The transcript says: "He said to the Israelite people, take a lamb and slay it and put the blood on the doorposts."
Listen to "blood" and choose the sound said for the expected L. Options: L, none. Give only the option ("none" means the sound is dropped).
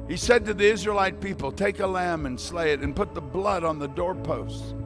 L